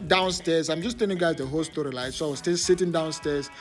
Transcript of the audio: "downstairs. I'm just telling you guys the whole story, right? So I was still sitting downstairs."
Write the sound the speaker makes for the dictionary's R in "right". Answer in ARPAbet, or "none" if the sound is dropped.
L